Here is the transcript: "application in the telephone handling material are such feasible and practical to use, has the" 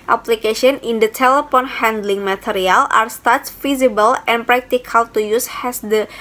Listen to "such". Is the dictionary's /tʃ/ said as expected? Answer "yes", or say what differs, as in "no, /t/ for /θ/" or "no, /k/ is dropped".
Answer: no, /s/ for /tʃ/